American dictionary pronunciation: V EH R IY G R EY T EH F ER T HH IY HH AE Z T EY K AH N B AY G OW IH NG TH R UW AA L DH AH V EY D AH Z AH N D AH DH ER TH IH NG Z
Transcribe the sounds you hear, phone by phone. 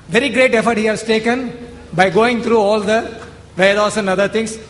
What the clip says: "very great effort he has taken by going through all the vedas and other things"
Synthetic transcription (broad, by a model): V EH R IY G R EY T EH F ER T HH IY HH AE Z T EY K AH N B AY G OW IH NG T R UW AA L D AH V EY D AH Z AH N D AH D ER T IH NG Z